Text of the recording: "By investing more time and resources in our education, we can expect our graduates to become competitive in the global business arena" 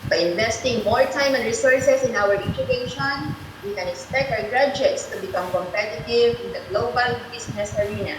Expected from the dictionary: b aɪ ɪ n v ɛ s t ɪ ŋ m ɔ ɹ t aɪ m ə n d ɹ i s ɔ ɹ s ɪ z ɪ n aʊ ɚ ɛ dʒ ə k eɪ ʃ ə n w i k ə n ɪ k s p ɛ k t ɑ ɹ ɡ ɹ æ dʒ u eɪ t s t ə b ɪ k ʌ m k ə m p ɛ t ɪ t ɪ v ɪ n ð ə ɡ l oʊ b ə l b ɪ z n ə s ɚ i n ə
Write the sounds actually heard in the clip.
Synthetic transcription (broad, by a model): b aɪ ɪ n v ɛ s t ɪ ŋ m ɔ ɹ t aɪ m ə n d ɹ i s ɔ ɹ s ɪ s ɪ n aʊ ɚ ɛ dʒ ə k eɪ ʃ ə n w i k ə n ɪ k s p ɛ k t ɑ w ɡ ɹ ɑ dʒ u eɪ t s t ə b ɪ k ʌ m k ə m p ɛ t ɪ t ɪ v ɪ n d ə ɡ l oʊ b ə l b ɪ s n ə s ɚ i n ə